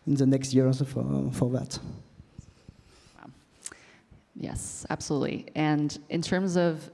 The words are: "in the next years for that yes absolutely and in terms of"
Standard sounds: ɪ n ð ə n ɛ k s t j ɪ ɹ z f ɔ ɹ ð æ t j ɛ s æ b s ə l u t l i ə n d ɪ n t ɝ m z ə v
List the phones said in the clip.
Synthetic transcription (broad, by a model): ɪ n ð ə n ɛ k s t j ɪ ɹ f f ɔ ɹ ð æ t j ɛ s æ b s ə l u t l i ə n ɪ n t ɝ m z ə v